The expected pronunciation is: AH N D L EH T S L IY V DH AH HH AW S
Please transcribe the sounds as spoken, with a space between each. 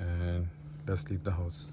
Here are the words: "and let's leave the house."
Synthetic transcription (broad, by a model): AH N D L EH T S L IY P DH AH HH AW S